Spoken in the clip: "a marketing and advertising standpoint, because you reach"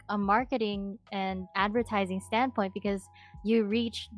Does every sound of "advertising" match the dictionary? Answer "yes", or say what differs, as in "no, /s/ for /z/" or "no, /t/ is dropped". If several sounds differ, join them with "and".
yes